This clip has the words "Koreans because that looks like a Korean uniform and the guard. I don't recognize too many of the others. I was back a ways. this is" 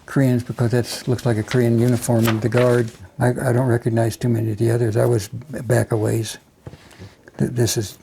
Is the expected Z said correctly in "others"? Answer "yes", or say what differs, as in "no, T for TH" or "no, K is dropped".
yes